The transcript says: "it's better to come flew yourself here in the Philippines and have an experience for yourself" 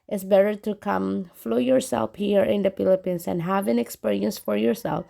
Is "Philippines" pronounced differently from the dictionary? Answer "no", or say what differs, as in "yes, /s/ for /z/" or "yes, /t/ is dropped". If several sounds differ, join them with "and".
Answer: yes, /s/ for /z/